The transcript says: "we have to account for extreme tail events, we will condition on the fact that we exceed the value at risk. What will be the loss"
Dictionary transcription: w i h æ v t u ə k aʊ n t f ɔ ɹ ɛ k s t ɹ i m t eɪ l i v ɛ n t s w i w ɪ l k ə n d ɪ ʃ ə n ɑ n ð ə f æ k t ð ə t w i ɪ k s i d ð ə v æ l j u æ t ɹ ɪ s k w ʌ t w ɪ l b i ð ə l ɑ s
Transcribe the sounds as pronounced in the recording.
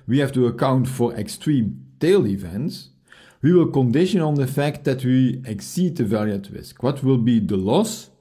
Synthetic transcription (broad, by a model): w i h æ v t u ə k aʊ n t f ɔ ɹ ɛ k s t ɹ i m t eɪ l i v ɛ n t s w i w ɪ l k ə n d ɪ ʃ ə n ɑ n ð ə f æ k t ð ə t w i ɪ k s i d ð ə v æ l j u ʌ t ɹ ɪ s k w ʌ t w ɪ l b i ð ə l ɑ s